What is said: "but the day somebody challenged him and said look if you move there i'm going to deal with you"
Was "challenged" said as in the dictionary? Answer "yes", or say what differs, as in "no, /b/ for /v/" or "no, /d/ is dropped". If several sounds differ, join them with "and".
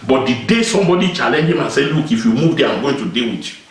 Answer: no, /d/ is dropped